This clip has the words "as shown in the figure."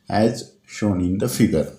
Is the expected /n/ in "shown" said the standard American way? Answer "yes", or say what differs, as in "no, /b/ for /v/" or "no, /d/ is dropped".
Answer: yes